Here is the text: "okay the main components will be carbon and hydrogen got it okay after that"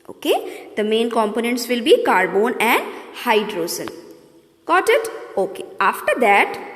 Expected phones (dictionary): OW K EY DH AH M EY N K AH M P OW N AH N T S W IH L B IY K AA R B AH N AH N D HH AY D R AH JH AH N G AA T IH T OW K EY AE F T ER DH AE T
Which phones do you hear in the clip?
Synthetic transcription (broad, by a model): OW K EY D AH M EY N K AH M P OW N AH N T S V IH L B IY K AA R B AH N AH N D HH AY D R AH Z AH N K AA T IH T OW K EY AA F T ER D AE T